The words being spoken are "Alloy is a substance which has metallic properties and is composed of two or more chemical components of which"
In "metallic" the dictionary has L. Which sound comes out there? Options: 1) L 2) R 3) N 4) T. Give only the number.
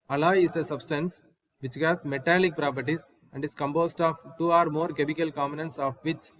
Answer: 1